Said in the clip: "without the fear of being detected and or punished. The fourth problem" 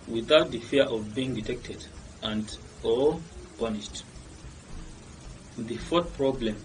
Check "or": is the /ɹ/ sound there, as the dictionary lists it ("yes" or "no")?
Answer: no